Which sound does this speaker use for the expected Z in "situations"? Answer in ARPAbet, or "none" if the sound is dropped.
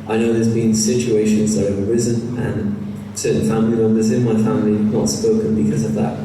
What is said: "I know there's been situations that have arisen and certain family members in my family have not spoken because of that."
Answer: Z